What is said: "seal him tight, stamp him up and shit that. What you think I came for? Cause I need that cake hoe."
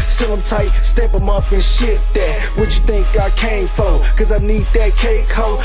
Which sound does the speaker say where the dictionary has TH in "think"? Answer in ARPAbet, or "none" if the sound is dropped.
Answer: TH